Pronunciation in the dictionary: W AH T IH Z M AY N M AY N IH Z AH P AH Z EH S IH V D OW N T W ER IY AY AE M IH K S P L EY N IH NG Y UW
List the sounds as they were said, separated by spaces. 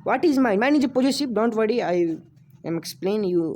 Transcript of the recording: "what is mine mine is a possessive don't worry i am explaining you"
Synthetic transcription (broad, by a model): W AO T IH Z M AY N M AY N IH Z AH P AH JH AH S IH P D OW N T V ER IY AY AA M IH K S P L EY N Y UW